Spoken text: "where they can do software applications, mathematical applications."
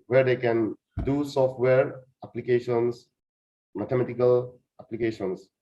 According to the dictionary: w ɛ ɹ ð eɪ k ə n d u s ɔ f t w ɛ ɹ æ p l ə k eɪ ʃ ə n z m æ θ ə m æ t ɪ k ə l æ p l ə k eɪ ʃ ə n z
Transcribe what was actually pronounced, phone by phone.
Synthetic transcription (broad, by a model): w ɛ ɹ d eɪ k ə n d u s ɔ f t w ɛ ɹ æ p l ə k eɪ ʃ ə n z m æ t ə m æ t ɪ k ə l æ p l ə k eɪ ʃ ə n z